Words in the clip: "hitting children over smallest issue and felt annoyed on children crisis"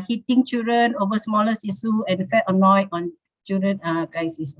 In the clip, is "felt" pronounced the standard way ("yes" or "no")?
no